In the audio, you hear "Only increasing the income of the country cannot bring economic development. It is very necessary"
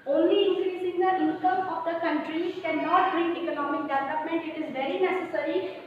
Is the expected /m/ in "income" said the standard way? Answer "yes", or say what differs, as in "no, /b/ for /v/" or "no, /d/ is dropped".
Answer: no, /m/ is dropped